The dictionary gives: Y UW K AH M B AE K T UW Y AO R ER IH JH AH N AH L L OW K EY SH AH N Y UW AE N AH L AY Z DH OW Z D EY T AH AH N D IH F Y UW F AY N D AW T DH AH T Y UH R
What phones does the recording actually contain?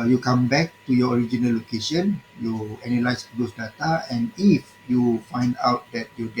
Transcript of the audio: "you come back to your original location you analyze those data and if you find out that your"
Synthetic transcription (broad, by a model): Y UW K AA M B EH K T UW Y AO R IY JH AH N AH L L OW K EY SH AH N Y UW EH N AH L AY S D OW S D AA T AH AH N IH F Y UW F AY N D AW T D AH T Y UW